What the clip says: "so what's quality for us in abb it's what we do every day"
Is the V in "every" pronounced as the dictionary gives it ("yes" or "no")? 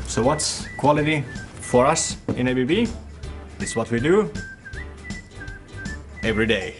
yes